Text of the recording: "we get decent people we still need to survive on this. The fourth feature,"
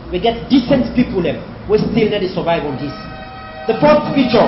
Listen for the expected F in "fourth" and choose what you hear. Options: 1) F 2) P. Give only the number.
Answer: 2